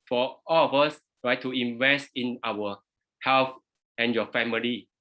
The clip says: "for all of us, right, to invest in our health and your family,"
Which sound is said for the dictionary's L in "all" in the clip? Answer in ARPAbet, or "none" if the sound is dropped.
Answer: L